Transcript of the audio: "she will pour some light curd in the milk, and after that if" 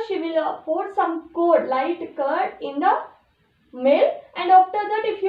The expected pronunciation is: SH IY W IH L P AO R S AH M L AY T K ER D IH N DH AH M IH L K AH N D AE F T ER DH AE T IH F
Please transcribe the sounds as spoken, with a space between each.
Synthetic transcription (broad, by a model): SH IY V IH L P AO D S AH M L AY T K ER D IH N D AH M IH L AH N D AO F T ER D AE T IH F